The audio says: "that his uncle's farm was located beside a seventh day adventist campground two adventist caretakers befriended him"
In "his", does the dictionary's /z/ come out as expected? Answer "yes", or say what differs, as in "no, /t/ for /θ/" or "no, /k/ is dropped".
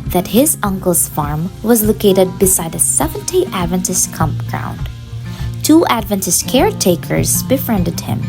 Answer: yes